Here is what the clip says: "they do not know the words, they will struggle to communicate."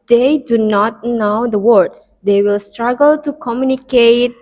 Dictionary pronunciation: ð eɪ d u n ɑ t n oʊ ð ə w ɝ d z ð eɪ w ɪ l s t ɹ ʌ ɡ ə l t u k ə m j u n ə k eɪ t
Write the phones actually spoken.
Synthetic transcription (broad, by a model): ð eɪ d u n ɑ t n oʊ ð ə w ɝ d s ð eɪ w ɪ l s t ɹ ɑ ɡ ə l t u k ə m j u n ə k eɪ t